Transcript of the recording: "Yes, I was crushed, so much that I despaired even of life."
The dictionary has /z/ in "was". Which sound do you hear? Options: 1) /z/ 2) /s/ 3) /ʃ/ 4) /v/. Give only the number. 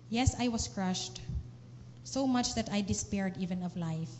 2